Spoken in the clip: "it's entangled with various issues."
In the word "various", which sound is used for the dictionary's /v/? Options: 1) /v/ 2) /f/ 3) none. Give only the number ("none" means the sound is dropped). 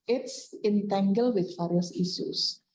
2